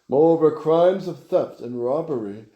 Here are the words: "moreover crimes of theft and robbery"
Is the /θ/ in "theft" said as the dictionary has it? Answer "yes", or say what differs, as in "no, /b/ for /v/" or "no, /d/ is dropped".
yes